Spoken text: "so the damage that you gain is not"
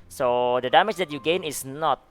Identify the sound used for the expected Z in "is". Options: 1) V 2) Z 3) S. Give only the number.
3